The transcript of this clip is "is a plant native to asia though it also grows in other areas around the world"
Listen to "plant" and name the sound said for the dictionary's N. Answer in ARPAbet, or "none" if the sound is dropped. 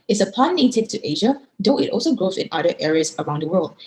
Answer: none